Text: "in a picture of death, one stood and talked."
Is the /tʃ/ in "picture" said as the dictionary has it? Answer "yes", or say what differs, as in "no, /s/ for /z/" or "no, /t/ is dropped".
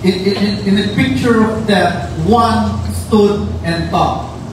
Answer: yes